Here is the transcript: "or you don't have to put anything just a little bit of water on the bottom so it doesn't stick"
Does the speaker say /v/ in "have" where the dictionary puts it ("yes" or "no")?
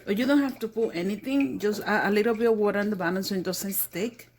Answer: no